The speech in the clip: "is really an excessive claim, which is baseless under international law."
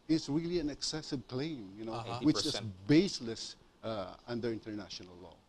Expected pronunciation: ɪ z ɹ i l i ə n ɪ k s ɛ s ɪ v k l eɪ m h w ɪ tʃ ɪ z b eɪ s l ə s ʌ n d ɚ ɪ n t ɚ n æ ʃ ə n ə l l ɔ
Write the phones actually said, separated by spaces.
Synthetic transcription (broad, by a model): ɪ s ɹ i l i ə n ɪ k s ɛ s ɪ v k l eɪ m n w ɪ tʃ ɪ s b eɪ s l ə s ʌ n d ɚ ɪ n t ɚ n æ ʃ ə n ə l l ɔ